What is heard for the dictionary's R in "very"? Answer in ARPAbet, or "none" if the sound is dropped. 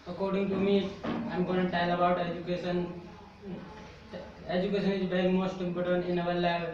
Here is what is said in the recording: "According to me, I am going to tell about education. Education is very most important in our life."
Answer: none